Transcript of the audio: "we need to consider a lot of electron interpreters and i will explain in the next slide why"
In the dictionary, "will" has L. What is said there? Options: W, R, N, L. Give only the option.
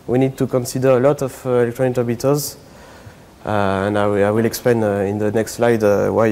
L